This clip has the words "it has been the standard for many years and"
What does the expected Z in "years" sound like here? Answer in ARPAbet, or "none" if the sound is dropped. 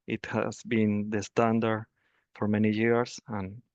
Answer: S